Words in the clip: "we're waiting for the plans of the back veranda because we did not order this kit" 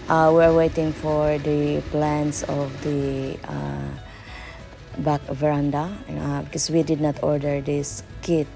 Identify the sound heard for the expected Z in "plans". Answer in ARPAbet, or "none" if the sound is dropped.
S